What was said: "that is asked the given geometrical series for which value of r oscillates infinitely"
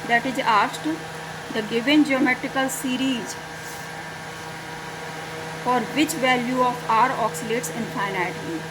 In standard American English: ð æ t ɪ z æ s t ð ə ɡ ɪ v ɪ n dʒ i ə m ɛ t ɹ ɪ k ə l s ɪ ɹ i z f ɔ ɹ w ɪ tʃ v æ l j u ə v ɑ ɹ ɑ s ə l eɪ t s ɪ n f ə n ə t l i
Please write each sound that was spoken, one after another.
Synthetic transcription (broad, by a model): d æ t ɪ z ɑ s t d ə ɡ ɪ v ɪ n dʒ i ə m ɛ t ɹ ɪ k ə l s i ɹ i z f ɔ ɹ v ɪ tʃ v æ l j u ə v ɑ ɹ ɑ s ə l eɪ t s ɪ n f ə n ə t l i